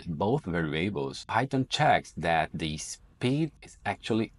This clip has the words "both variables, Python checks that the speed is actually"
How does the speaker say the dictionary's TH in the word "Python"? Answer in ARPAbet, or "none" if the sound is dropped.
T